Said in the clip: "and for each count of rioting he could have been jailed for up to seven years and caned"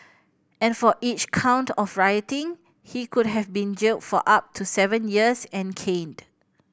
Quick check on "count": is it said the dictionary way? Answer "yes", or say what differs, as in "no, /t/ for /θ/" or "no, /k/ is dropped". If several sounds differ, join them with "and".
yes